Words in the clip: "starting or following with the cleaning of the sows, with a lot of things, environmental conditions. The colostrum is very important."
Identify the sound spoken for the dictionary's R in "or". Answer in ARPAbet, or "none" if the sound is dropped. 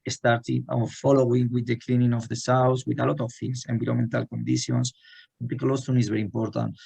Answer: W